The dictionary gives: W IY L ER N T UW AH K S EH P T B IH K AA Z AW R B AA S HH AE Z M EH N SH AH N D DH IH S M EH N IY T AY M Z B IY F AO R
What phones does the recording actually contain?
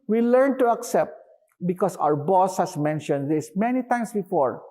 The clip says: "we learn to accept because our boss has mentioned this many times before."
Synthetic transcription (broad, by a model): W IY L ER N T UW AH K S EH P T B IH K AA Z AW R B AA S HH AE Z M EH N SH AH N D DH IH S M EH N IY T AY M S B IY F AO R